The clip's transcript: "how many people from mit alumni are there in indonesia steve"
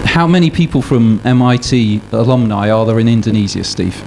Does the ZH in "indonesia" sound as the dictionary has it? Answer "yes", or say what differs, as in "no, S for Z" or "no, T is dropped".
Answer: no, Z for ZH